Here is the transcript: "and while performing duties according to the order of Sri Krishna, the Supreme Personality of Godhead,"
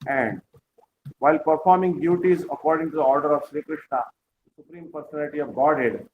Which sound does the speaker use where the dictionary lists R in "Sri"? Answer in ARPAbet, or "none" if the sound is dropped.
R